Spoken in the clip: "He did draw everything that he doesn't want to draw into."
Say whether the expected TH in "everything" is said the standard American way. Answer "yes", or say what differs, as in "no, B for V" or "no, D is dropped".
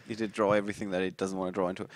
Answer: yes